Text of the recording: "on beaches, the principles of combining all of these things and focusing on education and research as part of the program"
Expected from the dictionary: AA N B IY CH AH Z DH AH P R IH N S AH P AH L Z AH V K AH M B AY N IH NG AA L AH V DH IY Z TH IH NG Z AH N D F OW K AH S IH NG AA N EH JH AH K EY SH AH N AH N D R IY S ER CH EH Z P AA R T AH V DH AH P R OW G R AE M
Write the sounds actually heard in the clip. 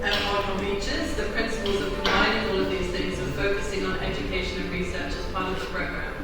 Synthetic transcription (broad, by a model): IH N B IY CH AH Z DH AH P R IH N S AH P AH L Z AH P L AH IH IH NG AA L AH V DH IY Z TH IH NG Z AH F OW K AH S IH NG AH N EH JH AH K EY SH AH N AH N R IY S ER CH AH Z P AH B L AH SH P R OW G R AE